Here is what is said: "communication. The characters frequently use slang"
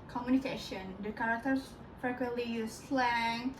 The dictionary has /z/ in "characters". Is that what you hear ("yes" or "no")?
no